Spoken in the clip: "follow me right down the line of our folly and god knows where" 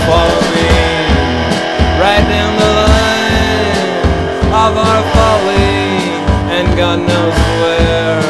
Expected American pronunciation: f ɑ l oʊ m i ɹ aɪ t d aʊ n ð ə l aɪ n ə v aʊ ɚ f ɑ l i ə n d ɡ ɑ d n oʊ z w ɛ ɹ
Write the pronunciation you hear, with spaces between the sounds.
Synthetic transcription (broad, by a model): f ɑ l oʊ m i ɹ aɪ t d aʊ n ð ə l aɪ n ə v aʊ ɚ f ɑ l i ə n ɡ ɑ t n oʊ s w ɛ ɹ